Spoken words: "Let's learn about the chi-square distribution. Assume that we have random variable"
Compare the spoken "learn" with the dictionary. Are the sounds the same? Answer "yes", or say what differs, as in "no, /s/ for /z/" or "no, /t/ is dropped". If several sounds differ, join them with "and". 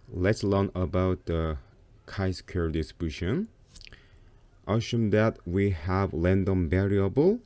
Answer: yes